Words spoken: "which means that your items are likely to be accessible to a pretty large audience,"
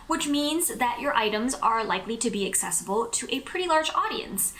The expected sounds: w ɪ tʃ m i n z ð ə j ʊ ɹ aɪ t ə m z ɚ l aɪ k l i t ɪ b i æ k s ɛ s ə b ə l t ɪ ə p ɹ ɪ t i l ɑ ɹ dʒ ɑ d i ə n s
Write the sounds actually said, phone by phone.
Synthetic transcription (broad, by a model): w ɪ tʃ m i n z ð ə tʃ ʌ ɹ aɪ t ə m z ɚ l aɪ k l i t ɪ b i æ k s ɛ s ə b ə l t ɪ ə p ɹ ɪ t i l ɑ ɹ dʒ ɑ d i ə n s